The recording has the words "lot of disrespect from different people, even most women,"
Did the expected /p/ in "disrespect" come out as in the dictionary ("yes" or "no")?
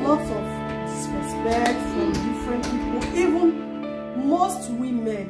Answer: no